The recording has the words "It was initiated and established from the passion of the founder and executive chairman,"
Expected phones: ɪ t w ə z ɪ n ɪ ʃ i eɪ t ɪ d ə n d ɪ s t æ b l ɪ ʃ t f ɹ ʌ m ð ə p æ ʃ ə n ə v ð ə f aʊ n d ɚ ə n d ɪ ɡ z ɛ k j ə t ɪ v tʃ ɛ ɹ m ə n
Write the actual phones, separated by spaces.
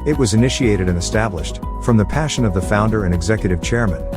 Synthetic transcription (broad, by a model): ɪ t w ə z ɪ n ɪ ʃ i eɪ t ɪ d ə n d ɪ s t æ b l ɪ ʃ t f ɹ ʌ m ð ə p æ ʃ ə n ə v ð ə f aʊ n d ɚ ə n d ɪ ɡ z ɛ k j ə t ɪ v tʃ ɛ ɹ m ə n